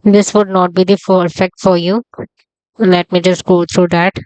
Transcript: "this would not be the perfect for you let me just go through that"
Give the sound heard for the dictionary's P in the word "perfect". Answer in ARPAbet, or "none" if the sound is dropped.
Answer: F